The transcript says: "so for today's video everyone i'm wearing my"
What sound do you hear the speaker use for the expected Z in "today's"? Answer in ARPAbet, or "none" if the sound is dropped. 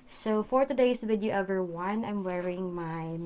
S